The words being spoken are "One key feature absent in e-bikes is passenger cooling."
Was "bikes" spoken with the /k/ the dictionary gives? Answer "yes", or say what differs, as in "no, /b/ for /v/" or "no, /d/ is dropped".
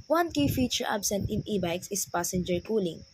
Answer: yes